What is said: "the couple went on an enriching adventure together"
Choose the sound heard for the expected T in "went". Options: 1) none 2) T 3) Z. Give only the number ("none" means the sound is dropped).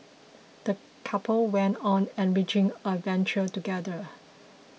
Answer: 2